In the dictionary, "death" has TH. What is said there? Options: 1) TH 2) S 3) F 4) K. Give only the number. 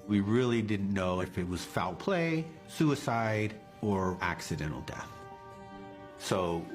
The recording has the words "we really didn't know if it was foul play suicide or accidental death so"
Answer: 1